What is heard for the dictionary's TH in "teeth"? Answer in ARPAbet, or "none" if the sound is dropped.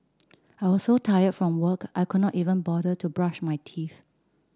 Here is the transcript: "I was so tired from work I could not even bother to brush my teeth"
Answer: F